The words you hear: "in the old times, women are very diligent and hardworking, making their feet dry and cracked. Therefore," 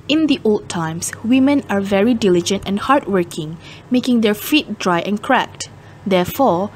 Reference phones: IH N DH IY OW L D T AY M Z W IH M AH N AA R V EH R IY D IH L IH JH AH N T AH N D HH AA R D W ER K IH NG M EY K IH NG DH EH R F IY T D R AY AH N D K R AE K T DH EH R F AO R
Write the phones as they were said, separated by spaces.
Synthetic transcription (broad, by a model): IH N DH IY OW L D T AY M S W IH M AH N AA R V EH R IY D IH L IH JH AH N T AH N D HH AA R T W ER K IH NG M EY K IH NG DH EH R F IY T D R AY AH N K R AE K T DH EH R F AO R